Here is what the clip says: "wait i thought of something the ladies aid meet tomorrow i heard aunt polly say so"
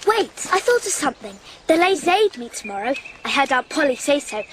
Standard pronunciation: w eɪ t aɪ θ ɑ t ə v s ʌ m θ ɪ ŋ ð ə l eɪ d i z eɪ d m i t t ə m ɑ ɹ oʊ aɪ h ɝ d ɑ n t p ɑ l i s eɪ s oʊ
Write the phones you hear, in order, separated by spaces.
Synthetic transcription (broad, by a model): w eɪ t aɪ θ ɑ t ə v s ʌ m θ ɪ ŋ ð ə l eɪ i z eɪ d m i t t ə m ɑ ɹ oʊ aɪ h ɝ d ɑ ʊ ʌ p ɑ l i s eɪ s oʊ